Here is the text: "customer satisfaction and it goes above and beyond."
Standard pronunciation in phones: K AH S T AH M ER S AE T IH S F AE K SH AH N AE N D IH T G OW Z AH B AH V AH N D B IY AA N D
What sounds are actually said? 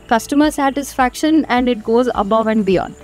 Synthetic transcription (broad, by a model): K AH S T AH M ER S AE T IH S F AE K SH AH N AE N D IH T G OW Z AH B AH V AH N D B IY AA N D